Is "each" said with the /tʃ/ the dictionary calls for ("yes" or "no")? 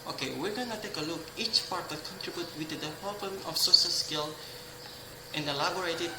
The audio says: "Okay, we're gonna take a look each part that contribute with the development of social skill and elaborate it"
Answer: yes